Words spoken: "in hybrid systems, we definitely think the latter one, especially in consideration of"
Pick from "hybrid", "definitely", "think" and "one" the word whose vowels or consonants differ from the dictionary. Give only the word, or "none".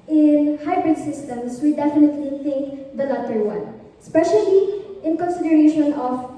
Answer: none